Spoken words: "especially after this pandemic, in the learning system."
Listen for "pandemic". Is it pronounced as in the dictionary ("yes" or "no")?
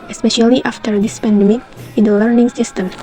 no